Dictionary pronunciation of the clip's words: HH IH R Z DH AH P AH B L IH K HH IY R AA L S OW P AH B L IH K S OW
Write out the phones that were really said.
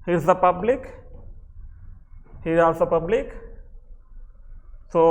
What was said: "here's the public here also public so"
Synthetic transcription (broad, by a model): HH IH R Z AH P AH B L IH K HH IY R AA S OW P AH B L IH K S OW